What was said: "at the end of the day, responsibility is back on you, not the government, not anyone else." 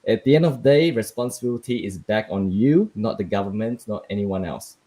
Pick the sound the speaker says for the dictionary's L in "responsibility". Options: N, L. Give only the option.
L